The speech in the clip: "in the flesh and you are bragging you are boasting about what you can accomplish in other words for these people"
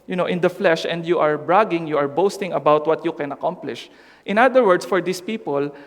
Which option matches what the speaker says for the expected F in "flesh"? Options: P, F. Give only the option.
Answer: F